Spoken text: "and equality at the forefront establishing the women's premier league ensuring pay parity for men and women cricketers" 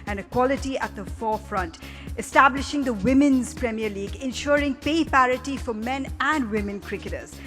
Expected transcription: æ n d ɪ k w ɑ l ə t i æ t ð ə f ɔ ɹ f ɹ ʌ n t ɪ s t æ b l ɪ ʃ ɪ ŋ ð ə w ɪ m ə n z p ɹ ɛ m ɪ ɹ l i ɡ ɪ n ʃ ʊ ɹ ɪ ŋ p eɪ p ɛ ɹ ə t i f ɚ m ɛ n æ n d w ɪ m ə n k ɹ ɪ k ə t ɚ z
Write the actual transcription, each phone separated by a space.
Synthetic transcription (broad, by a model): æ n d ɪ k w ɑ l ə t i æ t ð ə f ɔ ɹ f ɹ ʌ n t ɪ s t æ b l ɪ ʃ ɪ ŋ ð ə w ɪ m ə n z p ɹ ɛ m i ɹ l i ɡ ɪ n ʃ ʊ ɹ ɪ ŋ p eɪ p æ ɹ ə t i f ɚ m ɛ n æ n d w ɪ m ə n k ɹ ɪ k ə t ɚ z